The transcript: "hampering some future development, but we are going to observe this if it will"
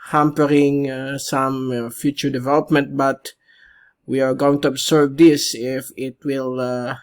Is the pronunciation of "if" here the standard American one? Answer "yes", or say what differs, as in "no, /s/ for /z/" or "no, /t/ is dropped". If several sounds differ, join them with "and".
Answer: yes